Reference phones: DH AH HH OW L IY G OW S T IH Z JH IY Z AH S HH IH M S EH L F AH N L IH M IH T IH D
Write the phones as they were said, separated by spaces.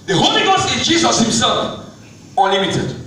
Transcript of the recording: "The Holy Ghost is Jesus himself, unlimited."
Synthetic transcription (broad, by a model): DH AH HH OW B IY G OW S IH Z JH IY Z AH S HH IH M S EH L F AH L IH M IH T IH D